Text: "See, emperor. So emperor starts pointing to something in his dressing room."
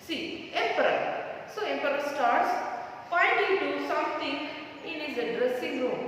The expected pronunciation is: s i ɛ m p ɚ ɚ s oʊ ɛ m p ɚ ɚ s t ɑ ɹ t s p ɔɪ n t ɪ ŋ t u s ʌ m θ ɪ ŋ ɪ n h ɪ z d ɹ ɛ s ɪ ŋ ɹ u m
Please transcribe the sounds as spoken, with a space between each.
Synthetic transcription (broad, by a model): s i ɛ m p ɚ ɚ s oʊ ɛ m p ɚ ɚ s t ɑ ɹ t s f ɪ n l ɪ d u s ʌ m t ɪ ŋ ɪ n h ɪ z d ɹ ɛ s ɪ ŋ ɹ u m